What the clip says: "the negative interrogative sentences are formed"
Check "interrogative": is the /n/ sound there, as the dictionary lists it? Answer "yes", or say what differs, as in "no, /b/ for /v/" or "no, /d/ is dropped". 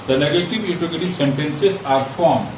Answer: no, /n/ is dropped